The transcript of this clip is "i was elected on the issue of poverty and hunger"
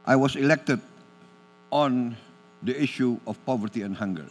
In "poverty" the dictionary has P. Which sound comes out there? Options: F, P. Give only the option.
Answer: P